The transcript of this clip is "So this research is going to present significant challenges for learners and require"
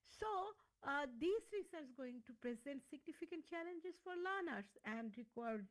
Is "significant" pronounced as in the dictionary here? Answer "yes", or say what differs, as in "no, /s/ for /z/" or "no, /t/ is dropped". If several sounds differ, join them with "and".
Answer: yes